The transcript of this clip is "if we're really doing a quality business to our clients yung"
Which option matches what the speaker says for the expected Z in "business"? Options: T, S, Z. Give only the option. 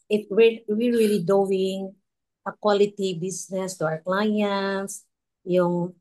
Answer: S